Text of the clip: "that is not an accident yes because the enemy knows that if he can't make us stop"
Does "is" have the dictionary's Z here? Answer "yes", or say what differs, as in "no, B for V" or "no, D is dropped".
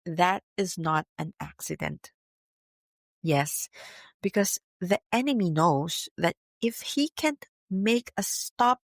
yes